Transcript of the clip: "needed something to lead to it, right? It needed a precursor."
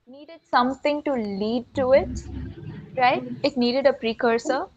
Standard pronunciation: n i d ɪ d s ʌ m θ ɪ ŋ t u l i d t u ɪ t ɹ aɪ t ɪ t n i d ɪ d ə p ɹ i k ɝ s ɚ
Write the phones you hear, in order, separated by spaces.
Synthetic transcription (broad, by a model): n i d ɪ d s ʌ m t ɪ ŋ t u l i d t u ɪ t ɹ aɪ t ɪ t n i d ɪ d ə p ɹ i k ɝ s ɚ